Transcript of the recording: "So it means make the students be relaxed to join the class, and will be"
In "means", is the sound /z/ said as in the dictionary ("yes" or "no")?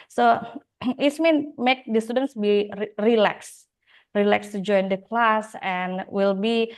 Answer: no